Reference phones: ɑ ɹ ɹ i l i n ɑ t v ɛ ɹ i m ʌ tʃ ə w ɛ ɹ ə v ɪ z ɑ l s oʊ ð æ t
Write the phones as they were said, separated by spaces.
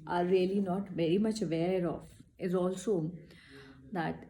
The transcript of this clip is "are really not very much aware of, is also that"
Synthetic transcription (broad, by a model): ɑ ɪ ɹ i l i n ɑ t v ɛ ɹ i m ʌ tʃ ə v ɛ ɹ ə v ɪ z ɑ l s oʊ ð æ t